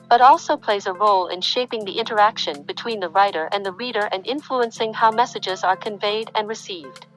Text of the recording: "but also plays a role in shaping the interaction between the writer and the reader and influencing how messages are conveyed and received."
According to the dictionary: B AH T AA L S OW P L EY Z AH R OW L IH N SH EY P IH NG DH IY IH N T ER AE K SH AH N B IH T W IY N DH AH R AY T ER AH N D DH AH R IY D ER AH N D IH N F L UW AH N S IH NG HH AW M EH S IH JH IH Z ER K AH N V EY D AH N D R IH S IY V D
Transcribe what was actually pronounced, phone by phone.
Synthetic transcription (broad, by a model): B AH T AA L S OW P L EY Z AH R OW L IH N SH EY P IH NG DH IY IH N T ER AE K SH AH N B IH T W IY N DH AH R AY T ER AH N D DH AH R IY D ER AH N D IH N F L UW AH N S IH NG HH AW M EH S IH JH IH Z ER K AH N V EY D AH N R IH S IY V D